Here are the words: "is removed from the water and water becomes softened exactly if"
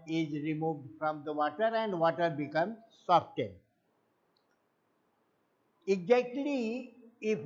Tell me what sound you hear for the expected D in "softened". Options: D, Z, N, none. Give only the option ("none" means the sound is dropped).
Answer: none